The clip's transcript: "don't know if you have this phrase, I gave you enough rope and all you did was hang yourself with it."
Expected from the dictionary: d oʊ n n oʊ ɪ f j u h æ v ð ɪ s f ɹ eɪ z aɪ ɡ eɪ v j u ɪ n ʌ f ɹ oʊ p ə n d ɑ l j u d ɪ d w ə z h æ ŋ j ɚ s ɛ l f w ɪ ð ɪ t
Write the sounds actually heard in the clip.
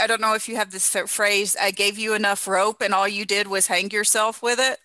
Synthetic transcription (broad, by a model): d oʊ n n oʊ ɪ f j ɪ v ð ɪ s f ɹ eɪ z aɪ ɡ eɪ v j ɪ ɪ n ʌ f ɹ oʊ p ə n ɑ l j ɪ d ɪ d w ə z h æ ŋ j ɚ s ɛ l f w ɪ ð ɪ t